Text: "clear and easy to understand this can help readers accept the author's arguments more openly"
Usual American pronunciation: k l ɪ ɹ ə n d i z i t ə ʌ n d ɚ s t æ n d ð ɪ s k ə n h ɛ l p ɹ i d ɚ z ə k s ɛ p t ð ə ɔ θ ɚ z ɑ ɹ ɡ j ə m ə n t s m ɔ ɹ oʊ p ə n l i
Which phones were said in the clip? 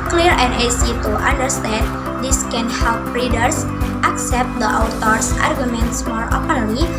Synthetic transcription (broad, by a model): k l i ɹ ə n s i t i t ə n d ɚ s t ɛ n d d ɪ s k ə n h ɛ l p ɹ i d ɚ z ə k s ɛ p t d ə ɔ t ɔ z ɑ ɹ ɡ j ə m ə n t s m ɔ ɹ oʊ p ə n l i